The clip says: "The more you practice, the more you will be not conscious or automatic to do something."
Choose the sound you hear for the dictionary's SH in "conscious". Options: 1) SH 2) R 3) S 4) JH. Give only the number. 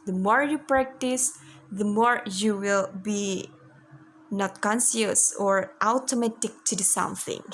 3